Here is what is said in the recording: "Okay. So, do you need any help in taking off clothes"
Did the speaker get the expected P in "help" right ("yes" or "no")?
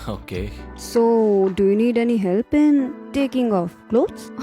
yes